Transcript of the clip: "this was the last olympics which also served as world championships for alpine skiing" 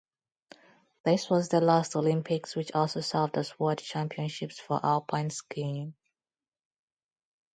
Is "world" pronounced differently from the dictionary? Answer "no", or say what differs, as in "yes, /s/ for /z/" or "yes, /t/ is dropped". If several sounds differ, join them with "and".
yes, /l/ is dropped